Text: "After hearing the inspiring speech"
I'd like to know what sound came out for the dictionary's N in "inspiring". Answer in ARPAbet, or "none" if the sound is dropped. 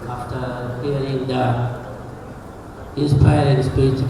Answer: none